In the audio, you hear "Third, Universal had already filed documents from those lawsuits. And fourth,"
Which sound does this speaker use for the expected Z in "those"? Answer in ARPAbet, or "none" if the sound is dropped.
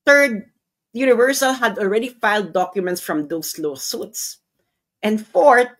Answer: S